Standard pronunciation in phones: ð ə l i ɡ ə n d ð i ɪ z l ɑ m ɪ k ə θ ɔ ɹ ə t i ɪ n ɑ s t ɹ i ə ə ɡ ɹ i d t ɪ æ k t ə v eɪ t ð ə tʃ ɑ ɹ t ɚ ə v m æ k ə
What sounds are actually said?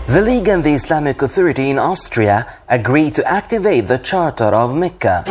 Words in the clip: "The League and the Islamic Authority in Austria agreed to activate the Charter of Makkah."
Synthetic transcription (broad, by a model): ð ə l i ɡ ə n ð i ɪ s l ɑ m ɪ k ə θ ɔ ɹ ə t i ɪ n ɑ s t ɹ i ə ə ɡ ɹ i d t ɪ æ k t ə v eɪ t ð ə tʃ ɑ ɹ t ɚ ə v m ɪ k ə